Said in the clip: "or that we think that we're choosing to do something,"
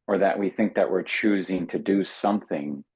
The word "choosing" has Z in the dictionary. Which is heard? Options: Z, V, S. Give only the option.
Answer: Z